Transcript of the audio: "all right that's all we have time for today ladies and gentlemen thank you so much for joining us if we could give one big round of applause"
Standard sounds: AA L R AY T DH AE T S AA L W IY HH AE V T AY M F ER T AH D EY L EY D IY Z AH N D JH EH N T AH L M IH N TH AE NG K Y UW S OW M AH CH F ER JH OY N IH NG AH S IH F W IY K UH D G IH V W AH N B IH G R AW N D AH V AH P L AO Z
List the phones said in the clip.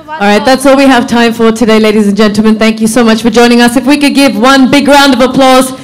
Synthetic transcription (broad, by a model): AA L R AY T DH AE T S AA L W IY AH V T AY M F ER T AH D EY L EY D IY Z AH N JH EH N T L M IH N TH AE NG K Y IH S OW M AH CH F ER JH OY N IH NG AH S IH F W IY K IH D G IH V W AH N B IH G R AW N D AH V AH P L AO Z